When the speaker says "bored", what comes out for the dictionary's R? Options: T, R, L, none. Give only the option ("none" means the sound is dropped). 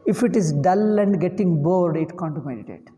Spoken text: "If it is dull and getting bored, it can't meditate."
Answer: R